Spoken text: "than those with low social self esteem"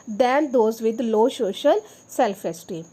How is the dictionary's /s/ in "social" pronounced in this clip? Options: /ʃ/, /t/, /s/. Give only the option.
/ʃ/